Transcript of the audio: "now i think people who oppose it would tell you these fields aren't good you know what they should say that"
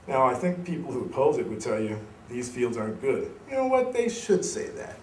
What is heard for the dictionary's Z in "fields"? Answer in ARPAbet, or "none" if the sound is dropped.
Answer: Z